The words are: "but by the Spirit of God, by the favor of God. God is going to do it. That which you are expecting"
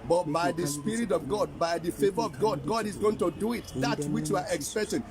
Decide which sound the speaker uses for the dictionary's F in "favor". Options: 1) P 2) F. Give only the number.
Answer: 2